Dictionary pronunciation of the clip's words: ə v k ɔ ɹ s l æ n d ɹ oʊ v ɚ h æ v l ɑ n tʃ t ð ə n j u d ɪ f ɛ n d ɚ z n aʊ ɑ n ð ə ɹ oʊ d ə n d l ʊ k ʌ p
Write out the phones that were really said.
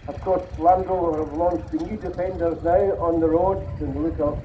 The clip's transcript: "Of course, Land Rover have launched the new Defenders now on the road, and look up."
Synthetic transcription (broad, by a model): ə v k ɔ ɹ s l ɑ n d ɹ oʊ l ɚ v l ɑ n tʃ ð ə n j u d ɪ f ɛ n d ɚ z n aʊ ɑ n ð ə ɹ oʊ d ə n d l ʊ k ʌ